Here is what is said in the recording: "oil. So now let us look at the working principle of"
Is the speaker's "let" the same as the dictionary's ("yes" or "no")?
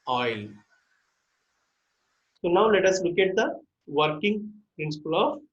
yes